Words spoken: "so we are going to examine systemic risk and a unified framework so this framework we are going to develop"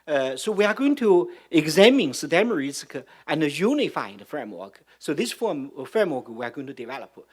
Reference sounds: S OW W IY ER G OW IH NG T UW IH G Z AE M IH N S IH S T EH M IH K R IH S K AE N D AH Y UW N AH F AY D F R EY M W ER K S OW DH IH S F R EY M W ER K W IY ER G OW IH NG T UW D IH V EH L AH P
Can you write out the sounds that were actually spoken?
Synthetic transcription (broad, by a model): S OW W IY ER G OW IH NG T UW IH G Z AE M IH N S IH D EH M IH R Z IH K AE N AH Y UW N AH F AY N F R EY M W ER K S OW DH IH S F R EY M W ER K W IY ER G OW IH NG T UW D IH V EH L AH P